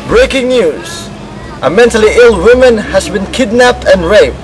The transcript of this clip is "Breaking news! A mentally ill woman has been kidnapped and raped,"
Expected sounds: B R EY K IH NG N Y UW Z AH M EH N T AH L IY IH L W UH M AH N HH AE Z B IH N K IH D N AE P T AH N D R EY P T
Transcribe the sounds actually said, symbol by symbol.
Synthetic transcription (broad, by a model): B R EY K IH NG N Y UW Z AH M EH N T AH L IY IH L W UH M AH N HH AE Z B IH N K IH D N AE P T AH N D R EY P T